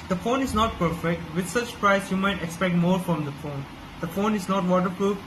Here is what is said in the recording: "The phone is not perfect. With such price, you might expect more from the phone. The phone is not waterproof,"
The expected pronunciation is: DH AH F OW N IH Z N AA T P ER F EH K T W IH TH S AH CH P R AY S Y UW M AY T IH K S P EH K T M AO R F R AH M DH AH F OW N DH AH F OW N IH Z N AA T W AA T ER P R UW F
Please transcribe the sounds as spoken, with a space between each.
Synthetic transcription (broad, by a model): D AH F OW N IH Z N AA T P ER F EH K T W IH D S AH CH P R AY S Y UW M AY T IH K S P EH K T M AO R F R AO M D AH F OW N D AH F OW N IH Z N AA T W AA T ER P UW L